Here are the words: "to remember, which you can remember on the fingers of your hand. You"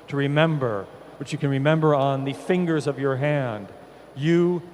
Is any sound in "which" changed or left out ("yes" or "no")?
no